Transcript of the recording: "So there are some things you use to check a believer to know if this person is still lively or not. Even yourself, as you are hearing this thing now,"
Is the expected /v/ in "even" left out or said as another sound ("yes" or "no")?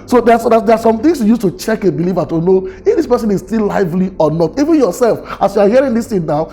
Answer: no